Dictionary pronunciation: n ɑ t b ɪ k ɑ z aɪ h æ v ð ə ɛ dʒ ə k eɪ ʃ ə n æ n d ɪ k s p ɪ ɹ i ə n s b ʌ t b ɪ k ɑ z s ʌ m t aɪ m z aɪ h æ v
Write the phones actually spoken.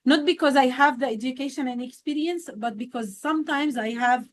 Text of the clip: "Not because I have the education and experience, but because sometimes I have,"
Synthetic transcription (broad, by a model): n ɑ t b ɪ k ɑ z aɪ h æ v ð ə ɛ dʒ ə k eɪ ʃ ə n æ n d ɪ k s p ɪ ɹ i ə n s b ʌ t b ɪ k ɑ z s ʌ m t aɪ m z aɪ h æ v